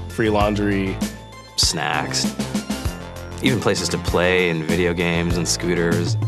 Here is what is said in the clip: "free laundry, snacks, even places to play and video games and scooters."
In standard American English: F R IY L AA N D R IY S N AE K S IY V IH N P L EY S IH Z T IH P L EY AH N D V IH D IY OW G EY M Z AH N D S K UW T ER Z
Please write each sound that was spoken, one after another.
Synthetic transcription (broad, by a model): F R IY L AA N D R IY S N AE K S IY V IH N P L EY S IH Z T IH P L EY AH N V IH D IY OW G EY M Z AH N S K UW T ER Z